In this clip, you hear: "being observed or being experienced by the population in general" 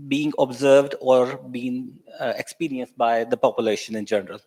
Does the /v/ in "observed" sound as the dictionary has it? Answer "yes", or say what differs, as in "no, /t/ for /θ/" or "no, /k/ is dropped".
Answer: yes